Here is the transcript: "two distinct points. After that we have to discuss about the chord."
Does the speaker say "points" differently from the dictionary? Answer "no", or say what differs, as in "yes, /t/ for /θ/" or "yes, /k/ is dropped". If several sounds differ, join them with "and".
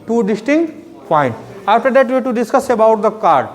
yes, /s/ is dropped